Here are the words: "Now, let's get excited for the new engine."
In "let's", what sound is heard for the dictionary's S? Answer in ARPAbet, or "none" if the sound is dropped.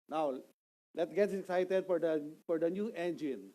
none